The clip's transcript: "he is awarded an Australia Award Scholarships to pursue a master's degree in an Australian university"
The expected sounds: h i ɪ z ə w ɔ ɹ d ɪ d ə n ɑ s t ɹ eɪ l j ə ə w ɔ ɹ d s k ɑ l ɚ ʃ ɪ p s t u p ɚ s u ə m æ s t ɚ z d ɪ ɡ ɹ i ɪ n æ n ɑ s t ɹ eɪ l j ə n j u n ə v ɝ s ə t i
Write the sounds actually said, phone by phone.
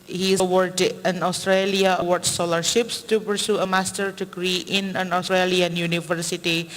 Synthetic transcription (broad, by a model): h i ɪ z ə w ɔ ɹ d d ə n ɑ s t ɹ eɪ l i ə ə w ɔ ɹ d s ɑ l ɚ ʃ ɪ p s t u p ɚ s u ə m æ s t ɚ d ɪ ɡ ɹ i ɪ n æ n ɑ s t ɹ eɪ l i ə n j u n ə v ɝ s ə t i